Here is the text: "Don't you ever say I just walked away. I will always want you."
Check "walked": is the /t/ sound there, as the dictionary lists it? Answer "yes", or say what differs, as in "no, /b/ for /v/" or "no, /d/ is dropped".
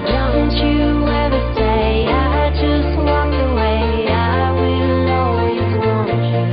no, /t/ is dropped